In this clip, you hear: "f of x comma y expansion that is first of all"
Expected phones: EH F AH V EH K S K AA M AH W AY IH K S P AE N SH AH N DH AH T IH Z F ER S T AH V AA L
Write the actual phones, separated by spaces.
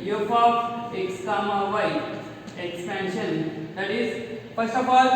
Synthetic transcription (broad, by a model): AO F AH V EH K S K AA M AH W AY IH K S P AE N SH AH N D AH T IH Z P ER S AH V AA